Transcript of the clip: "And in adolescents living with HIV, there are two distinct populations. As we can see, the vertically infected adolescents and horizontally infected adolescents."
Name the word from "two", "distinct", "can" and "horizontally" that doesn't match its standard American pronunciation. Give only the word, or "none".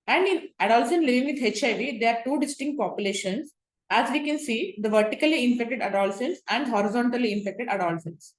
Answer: none